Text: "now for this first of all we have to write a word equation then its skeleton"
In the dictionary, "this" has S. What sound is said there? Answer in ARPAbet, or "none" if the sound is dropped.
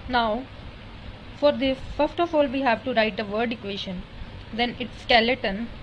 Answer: none